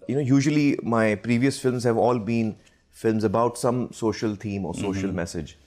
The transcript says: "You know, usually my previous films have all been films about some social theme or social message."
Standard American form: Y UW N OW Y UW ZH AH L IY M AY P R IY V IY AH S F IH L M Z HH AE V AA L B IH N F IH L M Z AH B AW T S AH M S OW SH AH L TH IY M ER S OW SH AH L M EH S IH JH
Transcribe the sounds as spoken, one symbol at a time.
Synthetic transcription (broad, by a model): Y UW N OW Y UW ZH AH L IY M AY P R IY V IY AH S F IH L M Z HH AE V AA L B IH N F IH L M Z AH B AW T S AH M S OW SH AH L T IY M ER S OW SH AH L M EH S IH JH